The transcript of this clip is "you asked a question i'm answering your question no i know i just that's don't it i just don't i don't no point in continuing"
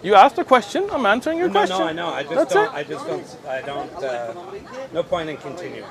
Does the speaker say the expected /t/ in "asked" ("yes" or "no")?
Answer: yes